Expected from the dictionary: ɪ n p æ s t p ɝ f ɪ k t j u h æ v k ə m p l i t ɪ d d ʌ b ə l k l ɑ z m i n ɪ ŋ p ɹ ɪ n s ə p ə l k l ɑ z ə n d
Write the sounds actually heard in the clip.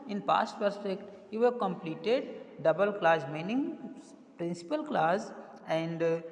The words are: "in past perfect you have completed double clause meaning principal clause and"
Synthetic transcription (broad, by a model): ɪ n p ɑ s t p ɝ p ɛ k t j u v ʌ k ə m p l i t ɪ d d ʌ b ə l k l ɑ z m i n ɪ ŋ p ɹ ɪ n s ə p ə l k l ɑ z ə n d